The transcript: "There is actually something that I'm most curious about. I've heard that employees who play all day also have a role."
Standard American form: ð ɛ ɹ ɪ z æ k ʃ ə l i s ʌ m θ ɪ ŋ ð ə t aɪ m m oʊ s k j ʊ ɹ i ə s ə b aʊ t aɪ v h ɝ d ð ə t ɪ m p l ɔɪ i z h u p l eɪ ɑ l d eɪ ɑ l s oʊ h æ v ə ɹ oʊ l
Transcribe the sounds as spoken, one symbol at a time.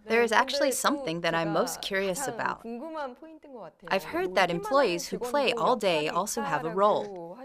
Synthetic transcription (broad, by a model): ð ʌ ɹ ɪ z æ k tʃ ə l i s ʌ m θ ɪ ŋ ð ə t aɪ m m oʊ s k j ʊ ɹ i ə s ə b aʊ t aɪ v h ɝ d ð ə t ɪ m p l ɔɪ i z h u p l eɪ ɑ l d eɪ ɑ l s oʊ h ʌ v ə ɹ oʊ l